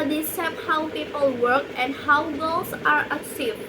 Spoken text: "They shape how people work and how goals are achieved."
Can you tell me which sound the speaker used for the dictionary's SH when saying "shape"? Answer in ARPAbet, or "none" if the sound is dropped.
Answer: S